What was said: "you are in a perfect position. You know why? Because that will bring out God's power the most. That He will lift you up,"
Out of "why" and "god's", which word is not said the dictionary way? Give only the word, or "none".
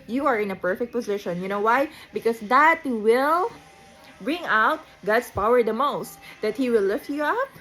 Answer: god's